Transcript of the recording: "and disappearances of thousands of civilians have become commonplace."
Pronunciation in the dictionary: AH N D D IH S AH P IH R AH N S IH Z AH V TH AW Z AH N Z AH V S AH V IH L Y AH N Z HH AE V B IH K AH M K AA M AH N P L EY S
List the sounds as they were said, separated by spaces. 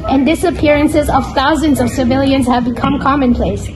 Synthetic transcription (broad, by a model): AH N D D IH S AH P IH R AH N S IH Z AH V TH AW Z AH N Z AH V S AH V IH L Y AH N Z HH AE V B IH K AH M K AA M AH N P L EY S